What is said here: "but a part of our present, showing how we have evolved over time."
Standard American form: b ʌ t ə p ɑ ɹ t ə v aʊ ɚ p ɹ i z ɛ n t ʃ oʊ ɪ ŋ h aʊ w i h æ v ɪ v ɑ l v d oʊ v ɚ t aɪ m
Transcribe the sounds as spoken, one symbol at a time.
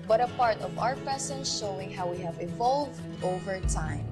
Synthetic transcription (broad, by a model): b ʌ t ə p ɑ ɹ t ə v aʊ ɚ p i s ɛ n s ʃ oʊ ɪ ŋ h aʊ w i h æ v ɪ v ɑ l v d oʊ v ɚ t aɪ m